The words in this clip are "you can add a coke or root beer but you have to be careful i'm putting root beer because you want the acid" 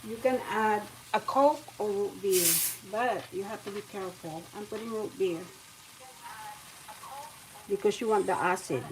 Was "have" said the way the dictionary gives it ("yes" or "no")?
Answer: no